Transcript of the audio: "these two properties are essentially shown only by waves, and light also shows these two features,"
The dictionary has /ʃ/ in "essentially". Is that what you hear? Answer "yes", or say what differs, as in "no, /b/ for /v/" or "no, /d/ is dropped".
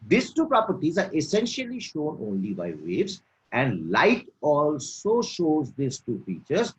yes